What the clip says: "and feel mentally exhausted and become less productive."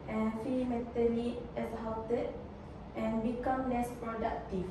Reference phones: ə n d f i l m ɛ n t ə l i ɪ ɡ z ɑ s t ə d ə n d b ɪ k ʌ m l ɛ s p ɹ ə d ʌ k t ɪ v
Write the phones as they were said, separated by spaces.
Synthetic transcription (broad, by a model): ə n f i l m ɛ t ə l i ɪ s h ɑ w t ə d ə n b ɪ k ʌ m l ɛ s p ɹ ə d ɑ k t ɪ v